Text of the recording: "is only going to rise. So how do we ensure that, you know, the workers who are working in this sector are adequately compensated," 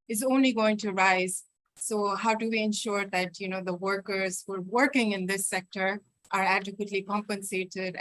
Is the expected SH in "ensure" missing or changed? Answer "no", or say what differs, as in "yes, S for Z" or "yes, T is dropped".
no